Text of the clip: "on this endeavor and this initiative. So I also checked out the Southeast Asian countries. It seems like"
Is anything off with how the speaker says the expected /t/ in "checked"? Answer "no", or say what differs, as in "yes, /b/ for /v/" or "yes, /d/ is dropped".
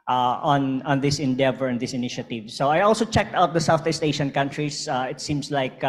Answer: no